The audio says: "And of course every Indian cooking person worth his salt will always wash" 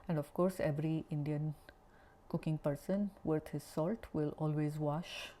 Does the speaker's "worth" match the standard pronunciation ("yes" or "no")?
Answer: no